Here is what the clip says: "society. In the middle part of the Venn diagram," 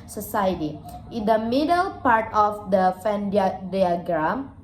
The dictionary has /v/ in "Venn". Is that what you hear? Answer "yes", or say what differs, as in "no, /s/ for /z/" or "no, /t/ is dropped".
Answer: no, /f/ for /v/